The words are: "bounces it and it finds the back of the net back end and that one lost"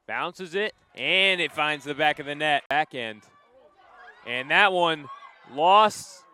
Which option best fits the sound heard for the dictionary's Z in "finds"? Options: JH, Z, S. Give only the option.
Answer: Z